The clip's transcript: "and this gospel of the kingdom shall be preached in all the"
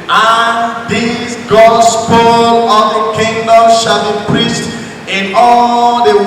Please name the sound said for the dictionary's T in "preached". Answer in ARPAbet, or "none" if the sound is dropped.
T